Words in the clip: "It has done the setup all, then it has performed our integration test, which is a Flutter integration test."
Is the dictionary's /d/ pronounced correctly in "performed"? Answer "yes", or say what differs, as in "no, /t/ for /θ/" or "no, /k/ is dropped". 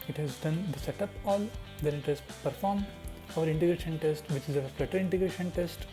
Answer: no, /d/ is dropped